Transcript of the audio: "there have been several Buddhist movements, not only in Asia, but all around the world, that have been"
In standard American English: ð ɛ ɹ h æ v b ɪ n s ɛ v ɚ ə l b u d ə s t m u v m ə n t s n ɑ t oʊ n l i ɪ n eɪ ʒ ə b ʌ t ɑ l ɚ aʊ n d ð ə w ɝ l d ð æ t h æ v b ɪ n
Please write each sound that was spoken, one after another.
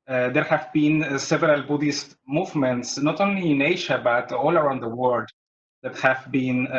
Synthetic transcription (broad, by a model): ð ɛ ɹ h æ v b ɪ n s ɛ v ɚ ə l b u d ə s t m u v m ə n t s n ɑ t oʊ n l i ɪ n eɪ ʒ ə b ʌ t ɑ l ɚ aʊ n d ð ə w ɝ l d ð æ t h æ v b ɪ n